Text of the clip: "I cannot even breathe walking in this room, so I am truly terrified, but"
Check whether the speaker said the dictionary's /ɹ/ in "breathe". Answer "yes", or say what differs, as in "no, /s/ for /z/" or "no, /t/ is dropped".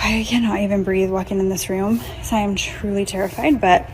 yes